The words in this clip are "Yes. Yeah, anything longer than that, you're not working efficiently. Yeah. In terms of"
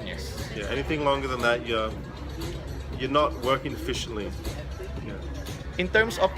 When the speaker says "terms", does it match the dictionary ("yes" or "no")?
no